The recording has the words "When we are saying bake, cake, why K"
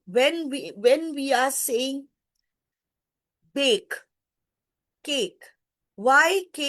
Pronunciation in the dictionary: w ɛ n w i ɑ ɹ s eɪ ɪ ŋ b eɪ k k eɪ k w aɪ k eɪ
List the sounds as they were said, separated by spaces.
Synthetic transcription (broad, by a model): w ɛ n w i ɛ w s eɪ ɪ ŋ b eɪ k k eɪ k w aɪ k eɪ